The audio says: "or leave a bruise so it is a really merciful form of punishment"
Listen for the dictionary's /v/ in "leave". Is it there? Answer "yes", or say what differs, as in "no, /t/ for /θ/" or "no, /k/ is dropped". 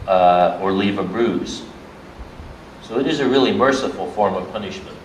yes